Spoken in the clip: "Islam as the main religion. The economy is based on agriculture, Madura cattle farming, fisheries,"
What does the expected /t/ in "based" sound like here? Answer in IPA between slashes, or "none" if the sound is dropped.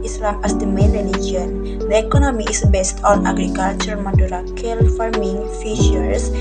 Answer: /t/